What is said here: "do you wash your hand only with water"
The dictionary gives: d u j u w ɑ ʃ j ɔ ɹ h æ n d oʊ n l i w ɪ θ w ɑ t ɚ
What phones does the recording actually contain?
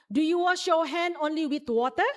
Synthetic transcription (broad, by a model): d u j u w ɑ ʃ ɔ h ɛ n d oʊ n l i w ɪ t w ɑ t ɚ